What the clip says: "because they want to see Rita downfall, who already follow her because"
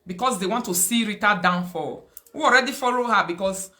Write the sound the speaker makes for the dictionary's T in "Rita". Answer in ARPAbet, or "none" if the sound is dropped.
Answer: T